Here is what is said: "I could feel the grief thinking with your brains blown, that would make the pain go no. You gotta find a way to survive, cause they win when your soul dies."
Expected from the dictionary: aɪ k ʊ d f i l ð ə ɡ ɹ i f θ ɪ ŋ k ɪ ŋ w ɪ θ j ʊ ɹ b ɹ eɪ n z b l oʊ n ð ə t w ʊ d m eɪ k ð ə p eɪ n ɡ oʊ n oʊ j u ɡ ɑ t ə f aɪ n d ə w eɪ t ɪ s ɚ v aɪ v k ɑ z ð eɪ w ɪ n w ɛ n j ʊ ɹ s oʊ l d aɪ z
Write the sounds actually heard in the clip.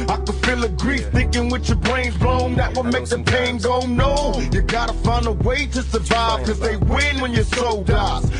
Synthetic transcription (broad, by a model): aɪ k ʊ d f i l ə ɡ ɹ i f θ ɪ ŋ k ɪ ŋ w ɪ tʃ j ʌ ɹ b ɹ eɪ n z b l oʊ n ð ə t w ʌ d m eɪ k ð ə p eɪ n ɡ oʊ n oʊ j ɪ ɡ ɑ t ə f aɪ n ə w eɪ t ɪ s ɚ v aɪ v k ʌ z ð eɪ w ɪ n w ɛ n j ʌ ɹ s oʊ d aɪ